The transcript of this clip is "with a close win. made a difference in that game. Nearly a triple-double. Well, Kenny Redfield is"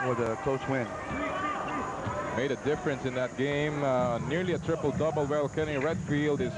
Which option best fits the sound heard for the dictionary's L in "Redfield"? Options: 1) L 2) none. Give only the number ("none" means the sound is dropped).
1